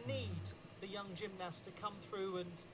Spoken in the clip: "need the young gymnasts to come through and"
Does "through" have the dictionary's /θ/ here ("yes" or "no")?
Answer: yes